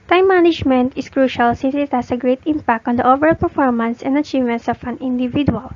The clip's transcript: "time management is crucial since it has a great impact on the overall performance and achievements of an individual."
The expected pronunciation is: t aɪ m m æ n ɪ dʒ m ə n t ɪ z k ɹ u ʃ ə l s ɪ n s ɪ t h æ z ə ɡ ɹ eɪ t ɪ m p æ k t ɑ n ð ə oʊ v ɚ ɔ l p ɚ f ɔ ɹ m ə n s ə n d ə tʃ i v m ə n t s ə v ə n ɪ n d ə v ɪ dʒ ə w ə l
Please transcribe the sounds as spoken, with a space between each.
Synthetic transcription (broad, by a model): t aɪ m m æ n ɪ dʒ m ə n t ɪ s k ɹ u ʃ ə l s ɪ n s ɪ t h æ s ə ɡ ɹ eɪ t ɪ m p æ k t ɑ n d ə oʊ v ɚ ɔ l p ɚ f ɔ ɹ m ə n s ə n d ə tʃ i v m ə n t s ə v ə n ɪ n d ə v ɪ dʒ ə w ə l